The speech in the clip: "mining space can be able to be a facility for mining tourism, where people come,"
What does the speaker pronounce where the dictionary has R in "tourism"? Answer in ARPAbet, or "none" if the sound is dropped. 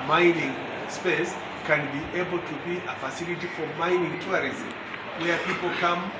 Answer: none